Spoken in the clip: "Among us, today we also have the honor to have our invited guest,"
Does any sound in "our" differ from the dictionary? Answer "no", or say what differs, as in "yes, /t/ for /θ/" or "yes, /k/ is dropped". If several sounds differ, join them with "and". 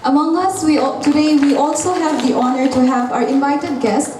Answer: no